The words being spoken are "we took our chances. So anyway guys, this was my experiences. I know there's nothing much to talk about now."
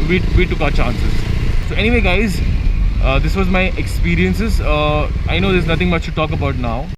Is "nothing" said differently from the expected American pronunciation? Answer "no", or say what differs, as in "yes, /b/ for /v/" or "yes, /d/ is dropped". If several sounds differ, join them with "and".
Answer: yes, /t/ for /θ/